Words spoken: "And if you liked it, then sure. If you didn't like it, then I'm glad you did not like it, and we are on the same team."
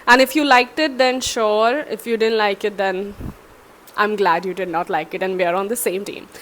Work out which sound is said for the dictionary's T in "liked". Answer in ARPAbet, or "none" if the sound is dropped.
T